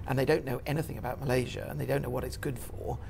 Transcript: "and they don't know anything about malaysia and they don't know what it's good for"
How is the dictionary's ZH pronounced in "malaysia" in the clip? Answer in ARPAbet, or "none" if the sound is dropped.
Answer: ZH